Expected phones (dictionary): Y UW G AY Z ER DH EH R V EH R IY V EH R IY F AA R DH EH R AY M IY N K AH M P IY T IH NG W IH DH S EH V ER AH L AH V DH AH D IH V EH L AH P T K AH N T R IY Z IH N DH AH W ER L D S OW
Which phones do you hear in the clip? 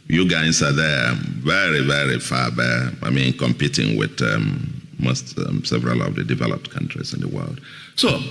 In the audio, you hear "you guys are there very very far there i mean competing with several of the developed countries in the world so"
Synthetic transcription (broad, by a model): Y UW G AY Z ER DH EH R V EH R IY V EH R IY F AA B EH AY M IY N K AH M P IY T IH NG W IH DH S EH V ER AH L AH V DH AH D IH V EH L AH P T K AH N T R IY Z IH N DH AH W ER L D S OW